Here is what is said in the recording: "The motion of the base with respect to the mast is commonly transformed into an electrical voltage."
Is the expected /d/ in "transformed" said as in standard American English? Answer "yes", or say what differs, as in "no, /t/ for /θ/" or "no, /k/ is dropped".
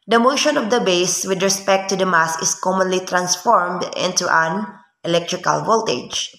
yes